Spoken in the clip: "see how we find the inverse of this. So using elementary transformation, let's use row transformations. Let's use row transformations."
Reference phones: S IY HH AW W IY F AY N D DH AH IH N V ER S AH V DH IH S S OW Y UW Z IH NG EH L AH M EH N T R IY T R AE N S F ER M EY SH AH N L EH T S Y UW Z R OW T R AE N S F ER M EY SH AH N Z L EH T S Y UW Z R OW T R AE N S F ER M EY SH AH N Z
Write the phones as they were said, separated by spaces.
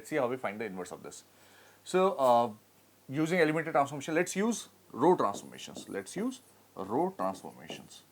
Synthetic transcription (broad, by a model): S IY HH AW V IY F AY N D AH IH N V ER S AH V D IH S S OW Y UW Z IH NG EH L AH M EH T IY T R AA N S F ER M EY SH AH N L EH T S Y UW Z R OW T R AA N S F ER M EY SH AH N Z L EH T S Y UW Z R OW T R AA N S F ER M EY SH AH N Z